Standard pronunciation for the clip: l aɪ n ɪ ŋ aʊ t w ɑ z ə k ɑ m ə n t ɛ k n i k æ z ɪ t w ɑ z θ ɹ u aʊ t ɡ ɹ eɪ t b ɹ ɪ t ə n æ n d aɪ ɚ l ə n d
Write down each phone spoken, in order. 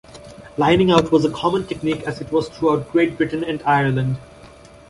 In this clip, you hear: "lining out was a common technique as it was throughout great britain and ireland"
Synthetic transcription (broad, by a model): l aɪ n ɪ ŋ aʊ t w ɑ z ə k ɑ m ə n t ɛ k n i k æ z ɪ t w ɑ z t ɹ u aʊ t ɡ ɹ eɪ t b ɹ ɪ t ə n æ n d aɪ ɚ l ə n d